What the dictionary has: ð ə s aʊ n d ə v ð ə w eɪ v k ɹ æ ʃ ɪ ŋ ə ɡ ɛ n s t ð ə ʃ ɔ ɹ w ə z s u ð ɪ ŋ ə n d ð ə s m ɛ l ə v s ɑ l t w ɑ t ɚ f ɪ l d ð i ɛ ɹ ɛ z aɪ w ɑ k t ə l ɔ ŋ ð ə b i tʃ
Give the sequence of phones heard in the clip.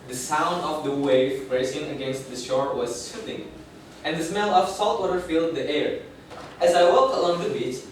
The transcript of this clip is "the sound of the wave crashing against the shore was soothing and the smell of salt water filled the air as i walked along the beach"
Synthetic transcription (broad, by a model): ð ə s aʊ n d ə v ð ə w eɪ v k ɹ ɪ s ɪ ŋ ə ɡ ɛ n s t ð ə ʃ ɔ ɹ w ə z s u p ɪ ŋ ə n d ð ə s m ɛ l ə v s ɑ l t w ɑ t ɚ f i l d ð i ɛ ɹ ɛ z aɪ w ɑ k t ə l ɔ ŋ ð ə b i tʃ